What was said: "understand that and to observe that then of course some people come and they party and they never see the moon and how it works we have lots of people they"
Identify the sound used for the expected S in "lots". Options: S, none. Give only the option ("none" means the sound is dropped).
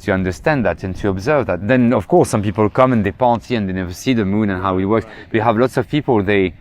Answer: S